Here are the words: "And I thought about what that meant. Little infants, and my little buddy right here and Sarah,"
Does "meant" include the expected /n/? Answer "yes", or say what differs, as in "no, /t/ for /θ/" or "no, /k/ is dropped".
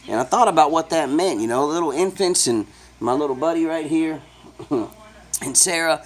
yes